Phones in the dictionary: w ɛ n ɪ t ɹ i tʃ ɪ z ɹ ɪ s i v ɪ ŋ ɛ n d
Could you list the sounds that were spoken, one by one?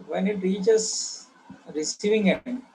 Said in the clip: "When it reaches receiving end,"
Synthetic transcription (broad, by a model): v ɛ n ɪ t ɹ i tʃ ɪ s ɹ ɪ s i v ɪ ŋ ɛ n